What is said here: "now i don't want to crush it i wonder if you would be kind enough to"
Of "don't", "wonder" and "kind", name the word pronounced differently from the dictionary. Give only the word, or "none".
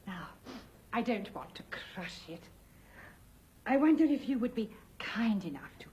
none